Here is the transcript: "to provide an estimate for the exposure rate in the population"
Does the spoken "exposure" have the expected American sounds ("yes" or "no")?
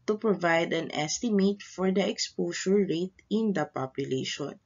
no